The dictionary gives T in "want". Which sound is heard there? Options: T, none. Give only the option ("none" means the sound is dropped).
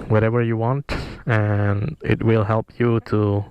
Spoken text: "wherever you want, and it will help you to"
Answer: T